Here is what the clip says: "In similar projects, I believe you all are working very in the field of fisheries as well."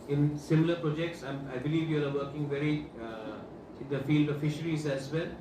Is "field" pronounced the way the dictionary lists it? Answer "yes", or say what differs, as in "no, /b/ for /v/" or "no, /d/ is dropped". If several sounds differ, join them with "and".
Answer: yes